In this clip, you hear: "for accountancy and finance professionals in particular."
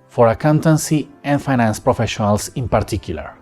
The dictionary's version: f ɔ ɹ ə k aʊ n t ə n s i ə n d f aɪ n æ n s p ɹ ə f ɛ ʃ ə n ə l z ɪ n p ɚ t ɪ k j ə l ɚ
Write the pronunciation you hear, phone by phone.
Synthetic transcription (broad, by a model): f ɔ ɹ ə k aʊ n t ə n s i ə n f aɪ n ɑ n s p ɹ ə f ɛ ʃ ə n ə l s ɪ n p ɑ t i k j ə l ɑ